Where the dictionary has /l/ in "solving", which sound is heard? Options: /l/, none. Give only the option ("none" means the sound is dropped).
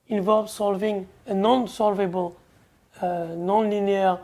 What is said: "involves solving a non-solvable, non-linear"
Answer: /l/